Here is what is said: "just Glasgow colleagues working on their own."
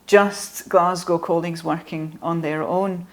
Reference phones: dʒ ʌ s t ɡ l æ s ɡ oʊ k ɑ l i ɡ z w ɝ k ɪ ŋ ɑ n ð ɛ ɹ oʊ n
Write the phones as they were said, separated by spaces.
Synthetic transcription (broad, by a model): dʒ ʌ s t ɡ l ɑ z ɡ oʊ k ɑ l i ɡ z w ɝ k ɪ ŋ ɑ n ð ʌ ɹ oʊ n